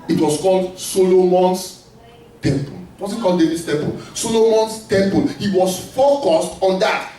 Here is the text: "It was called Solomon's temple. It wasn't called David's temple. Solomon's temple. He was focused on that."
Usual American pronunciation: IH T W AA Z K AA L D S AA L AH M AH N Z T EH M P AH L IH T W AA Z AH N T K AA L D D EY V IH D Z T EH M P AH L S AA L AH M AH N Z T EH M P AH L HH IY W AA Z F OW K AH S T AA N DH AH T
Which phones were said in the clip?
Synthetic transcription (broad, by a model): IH T W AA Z K AA L D S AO L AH M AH N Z T EH M P AH L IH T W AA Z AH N K AA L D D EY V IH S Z T EH M P AH L S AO L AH M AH N S T EH M P AH L HH IY W AA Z F OW K AH S T AA N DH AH T